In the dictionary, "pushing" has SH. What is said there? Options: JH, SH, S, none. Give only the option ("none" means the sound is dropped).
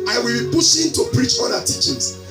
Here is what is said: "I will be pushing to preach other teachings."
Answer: S